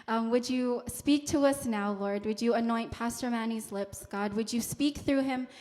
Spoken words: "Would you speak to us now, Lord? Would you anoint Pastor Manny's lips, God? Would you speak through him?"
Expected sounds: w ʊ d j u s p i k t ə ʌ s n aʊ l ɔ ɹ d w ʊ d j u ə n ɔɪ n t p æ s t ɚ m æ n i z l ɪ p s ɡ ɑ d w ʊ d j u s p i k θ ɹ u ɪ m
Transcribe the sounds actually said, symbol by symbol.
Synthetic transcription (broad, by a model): w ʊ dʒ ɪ s p i k t ə ʌ s n aʊ l ɔ ɹ d w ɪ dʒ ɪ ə n ɔɪ n p æ s t ɚ m æ n i z l ɪ p s ɡ ɑ d w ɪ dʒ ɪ s p i k θ ɹ u ɪ m